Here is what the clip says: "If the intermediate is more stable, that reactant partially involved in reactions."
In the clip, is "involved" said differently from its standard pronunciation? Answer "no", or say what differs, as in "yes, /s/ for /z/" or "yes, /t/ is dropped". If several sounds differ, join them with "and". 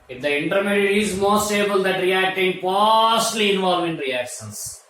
yes, /d/ is dropped